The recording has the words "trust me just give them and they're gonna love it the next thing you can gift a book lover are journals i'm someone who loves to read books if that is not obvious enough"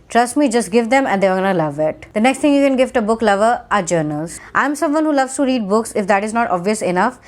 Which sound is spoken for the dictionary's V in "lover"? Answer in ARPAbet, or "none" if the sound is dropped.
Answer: V